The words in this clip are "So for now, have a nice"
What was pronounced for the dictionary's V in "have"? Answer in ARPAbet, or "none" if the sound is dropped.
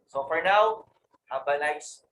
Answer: B